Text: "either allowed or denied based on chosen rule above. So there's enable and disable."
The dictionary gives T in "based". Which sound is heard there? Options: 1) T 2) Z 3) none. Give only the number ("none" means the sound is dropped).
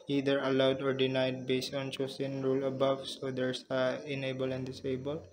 1